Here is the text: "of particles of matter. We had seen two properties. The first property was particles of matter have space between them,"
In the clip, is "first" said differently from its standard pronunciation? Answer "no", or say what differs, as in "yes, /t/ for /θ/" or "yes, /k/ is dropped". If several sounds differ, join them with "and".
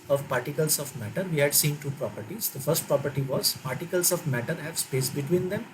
no